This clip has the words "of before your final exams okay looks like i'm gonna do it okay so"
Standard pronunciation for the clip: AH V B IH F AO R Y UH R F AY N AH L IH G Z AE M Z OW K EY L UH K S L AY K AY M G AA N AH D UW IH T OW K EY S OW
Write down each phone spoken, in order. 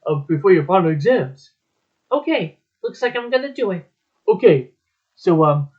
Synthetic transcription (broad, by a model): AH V B IH F AO R Y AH R P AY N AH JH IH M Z OW K EY L UH K S L AY K AY M G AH N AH D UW IH T OW K EY S OW